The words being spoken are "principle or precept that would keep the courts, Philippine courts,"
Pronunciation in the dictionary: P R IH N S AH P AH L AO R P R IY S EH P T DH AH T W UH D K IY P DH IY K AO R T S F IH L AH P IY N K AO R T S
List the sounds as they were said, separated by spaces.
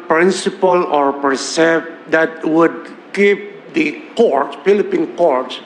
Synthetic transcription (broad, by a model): P R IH N S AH P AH L AO R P AH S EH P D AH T W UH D K IY P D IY K AO R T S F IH L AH P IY N K AO R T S